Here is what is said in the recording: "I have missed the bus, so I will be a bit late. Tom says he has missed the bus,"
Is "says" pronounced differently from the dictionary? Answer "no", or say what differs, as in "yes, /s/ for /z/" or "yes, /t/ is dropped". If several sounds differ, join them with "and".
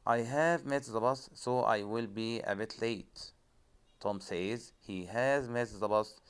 no